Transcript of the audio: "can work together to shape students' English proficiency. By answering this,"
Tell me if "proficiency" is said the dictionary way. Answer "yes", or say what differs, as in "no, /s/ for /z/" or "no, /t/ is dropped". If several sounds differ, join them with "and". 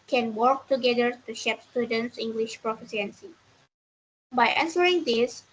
no, /s/ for /ʃ/